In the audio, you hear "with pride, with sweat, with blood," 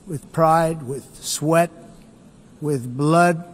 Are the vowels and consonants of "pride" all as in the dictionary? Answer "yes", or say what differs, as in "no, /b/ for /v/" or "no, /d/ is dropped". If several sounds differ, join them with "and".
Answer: yes